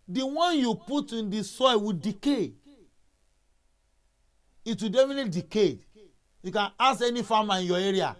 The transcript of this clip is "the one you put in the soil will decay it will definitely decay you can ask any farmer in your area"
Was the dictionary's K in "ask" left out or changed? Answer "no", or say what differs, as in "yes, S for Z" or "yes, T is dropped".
yes, K is dropped